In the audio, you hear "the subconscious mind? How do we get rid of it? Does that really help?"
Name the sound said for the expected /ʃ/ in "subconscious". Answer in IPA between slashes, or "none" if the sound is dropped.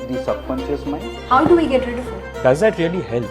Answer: /s/